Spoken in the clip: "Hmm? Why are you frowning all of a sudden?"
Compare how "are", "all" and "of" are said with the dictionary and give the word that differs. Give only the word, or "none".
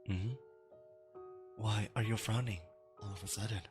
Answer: none